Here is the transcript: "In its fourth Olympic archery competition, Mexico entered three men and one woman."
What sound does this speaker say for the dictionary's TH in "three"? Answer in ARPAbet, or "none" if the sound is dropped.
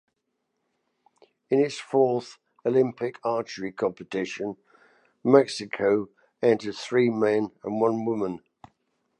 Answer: TH